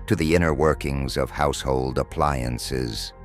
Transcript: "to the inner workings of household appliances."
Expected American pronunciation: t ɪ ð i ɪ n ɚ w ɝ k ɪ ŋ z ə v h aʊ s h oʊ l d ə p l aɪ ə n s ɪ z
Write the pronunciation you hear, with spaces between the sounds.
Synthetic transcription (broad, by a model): t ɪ ð i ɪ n ɚ w ɝ k ɪ ŋ z ə v h aʊ s h oʊ l d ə p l aɪ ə n s ɪ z